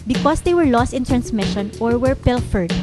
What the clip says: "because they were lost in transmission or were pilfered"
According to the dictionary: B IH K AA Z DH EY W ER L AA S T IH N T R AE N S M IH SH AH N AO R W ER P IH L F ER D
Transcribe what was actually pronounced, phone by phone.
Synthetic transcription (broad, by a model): B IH K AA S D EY W ER L AA S T IH N T R AE N S M IH SH AH N AO R W ER P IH L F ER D